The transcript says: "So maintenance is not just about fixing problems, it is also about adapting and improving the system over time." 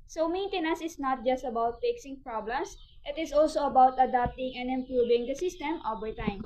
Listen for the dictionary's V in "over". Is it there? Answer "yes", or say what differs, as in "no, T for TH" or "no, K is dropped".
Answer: no, W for V